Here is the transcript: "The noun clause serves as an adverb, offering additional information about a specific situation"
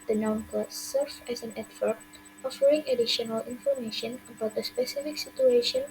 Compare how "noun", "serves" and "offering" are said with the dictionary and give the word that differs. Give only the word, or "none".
serves